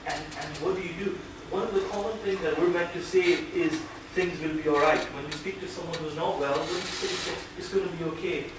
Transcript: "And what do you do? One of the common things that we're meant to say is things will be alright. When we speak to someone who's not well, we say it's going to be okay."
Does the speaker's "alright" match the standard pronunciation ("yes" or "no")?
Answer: yes